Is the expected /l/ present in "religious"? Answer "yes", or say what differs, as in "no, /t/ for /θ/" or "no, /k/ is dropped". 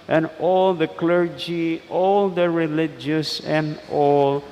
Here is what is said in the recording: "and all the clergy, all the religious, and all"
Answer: yes